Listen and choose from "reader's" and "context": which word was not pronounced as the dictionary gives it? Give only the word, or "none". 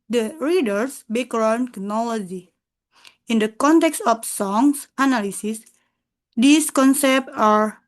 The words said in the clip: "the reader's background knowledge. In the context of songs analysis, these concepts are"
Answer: reader's